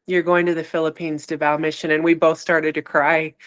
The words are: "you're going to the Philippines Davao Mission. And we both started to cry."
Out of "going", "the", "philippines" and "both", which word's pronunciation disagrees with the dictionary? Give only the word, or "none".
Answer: none